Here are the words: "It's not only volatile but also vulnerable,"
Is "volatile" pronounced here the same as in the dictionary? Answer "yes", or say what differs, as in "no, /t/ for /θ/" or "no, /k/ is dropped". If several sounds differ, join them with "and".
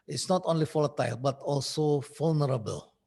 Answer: no, /f/ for /v/